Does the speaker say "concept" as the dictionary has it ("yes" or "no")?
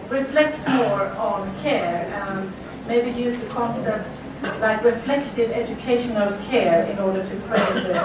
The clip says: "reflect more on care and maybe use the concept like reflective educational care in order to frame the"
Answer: yes